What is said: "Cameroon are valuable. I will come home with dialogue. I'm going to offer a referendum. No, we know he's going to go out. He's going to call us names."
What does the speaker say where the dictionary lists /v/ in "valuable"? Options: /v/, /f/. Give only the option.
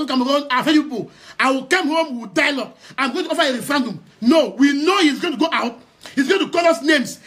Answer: /f/